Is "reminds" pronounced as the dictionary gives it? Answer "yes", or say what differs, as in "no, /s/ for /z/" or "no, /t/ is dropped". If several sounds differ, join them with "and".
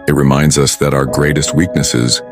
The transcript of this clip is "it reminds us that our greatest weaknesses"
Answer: yes